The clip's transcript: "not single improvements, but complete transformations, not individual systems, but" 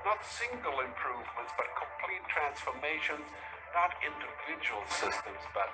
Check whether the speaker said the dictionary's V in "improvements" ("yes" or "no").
yes